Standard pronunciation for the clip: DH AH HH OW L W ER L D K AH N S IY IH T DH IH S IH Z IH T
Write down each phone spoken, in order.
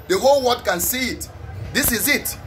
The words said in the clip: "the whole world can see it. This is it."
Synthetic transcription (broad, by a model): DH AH HH OW L W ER D K AH N S IY IH T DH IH S IH Z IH T